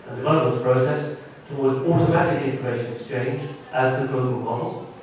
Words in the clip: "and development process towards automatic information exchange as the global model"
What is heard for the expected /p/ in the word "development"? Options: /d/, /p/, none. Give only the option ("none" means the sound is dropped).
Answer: none